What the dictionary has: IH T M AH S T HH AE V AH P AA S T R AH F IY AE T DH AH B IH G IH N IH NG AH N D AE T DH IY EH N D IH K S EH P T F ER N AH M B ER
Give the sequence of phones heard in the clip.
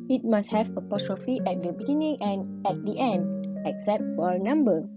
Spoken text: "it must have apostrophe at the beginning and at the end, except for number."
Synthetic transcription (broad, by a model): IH T M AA S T HH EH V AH P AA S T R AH F IY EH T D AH B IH G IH N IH NG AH N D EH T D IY EH N D IH K S EH P T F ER N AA M B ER